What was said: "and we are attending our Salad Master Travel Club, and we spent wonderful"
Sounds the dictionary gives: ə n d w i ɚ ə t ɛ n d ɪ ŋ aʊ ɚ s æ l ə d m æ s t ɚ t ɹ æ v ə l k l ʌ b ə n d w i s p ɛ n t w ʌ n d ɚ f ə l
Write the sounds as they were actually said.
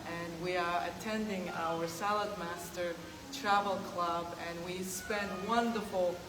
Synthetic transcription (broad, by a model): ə n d w i ɚ ə t ɛ n d ɪ ŋ aʊ ɚ s æ l ə d m æ s t ɚ t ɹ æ v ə l k l ʌ b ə n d w i s p ɛ n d w ʌ n d ɚ f l